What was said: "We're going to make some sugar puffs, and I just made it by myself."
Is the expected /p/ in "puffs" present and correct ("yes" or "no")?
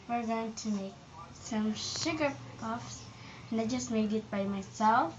yes